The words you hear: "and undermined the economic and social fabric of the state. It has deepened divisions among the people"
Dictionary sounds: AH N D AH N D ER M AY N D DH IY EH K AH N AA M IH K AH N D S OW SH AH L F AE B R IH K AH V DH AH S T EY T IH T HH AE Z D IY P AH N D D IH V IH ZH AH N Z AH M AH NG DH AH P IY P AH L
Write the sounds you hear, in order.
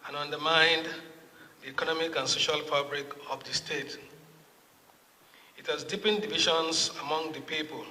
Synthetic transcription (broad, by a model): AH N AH N D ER M AY N D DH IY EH K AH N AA M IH K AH N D S OW SH AH L F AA B R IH K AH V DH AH S T EY T IH T HH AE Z D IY P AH N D D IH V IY SH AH N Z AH M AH NG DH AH P IY P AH L